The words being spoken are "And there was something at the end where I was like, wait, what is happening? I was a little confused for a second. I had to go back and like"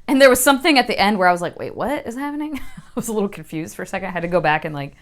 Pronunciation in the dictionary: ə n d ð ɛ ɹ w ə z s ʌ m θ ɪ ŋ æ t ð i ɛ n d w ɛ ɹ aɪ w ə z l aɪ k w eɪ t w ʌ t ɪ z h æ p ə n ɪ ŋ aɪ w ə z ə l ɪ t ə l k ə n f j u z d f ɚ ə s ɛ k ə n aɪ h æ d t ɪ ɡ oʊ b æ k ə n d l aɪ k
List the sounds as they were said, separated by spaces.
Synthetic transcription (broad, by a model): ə n ð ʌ ɹ w ə z s ʌ m θ ɪ ŋ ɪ t ð i ɛ n d w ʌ ɹ aɪ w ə z l aɪ k w eɪ t w ʌ t ɪ z h æ p ə n ɪ ŋ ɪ w ə z ə l ɪ t l k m f j u z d f ɚ ə s ɛ k ə n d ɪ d t ɪ ɡ oʊ b æ k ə n l aɪ k